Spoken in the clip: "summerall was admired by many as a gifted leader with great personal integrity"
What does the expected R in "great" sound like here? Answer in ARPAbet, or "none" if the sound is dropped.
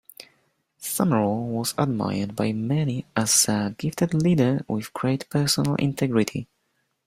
R